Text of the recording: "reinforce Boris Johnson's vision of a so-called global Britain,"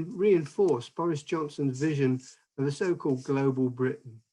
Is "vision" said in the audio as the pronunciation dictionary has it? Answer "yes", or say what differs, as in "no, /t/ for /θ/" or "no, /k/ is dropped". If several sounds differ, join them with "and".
yes